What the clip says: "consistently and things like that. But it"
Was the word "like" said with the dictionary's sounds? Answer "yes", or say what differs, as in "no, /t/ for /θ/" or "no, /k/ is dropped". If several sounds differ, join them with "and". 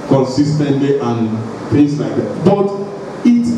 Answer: yes